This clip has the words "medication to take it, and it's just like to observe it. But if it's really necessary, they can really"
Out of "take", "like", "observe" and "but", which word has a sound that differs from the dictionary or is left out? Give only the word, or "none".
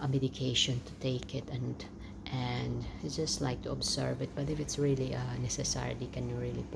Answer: observe